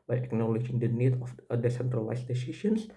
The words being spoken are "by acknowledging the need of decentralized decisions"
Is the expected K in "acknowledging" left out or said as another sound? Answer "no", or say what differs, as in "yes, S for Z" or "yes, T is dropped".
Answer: no